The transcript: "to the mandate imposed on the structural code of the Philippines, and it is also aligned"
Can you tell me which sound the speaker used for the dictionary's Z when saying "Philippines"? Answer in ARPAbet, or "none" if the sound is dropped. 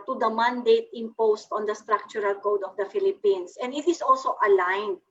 S